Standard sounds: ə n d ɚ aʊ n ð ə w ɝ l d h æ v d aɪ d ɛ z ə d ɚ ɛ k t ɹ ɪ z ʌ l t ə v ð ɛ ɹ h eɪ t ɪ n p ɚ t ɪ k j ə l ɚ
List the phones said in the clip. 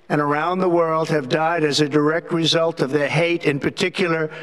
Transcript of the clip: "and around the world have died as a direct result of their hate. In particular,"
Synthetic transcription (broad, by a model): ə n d ɚ aʊ n ð ə w ɝ l d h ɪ v d aɪ d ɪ z ə d ɚ ɛ k t ɹ ɪ z ʌ l t ə v ð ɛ ɹ h eɪ t ɪ n p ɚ t ɪ k j l ɚ